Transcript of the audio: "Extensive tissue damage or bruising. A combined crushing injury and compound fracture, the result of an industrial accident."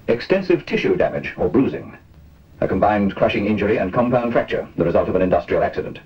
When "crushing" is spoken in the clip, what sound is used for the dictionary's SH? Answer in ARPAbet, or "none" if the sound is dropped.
SH